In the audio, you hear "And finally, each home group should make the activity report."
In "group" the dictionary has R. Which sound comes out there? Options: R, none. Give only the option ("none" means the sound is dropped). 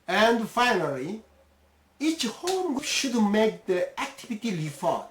none